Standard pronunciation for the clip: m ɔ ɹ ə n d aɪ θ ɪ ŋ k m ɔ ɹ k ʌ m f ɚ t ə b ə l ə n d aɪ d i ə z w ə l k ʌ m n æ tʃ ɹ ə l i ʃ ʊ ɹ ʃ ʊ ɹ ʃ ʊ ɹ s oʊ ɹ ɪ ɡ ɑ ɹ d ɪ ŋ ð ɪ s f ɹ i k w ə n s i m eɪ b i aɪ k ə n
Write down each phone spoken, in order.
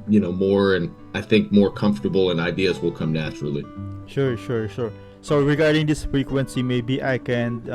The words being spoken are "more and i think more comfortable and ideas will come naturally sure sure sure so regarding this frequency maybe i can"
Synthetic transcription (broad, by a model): m ɔ ɹ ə n aɪ θ ɪ ŋ k m ɔ ɹ k ʌ m f t ə b l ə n aɪ d i ə z w ə l k ʌ m n æ tʃ ɹ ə l i ʃ ʊ ɹ ʃ ʊ ɹ ʃ ʊ ɹ s oʊ ɹ ɪ ɡ ɑ ɹ d ɪ ŋ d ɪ s f ɹ i k w ə n s i m eɪ b i aɪ k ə n